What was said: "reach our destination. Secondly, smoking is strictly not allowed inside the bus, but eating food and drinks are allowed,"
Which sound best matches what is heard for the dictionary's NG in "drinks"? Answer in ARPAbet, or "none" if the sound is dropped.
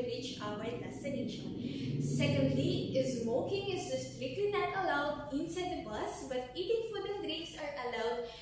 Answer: none